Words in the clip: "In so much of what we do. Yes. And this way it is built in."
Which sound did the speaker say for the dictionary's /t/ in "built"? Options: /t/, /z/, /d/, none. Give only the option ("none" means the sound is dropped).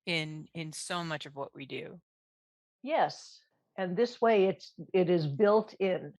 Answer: /t/